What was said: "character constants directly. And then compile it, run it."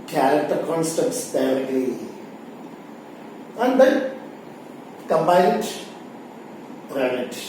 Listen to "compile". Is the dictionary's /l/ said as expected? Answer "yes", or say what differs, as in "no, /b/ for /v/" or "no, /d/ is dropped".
no, /n/ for /l/